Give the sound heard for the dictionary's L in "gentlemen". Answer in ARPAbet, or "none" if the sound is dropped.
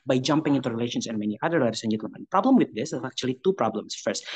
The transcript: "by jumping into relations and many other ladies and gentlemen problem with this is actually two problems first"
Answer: none